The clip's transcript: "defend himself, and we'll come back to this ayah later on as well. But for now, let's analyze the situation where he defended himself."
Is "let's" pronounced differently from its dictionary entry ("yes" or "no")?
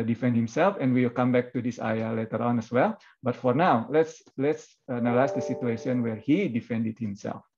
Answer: no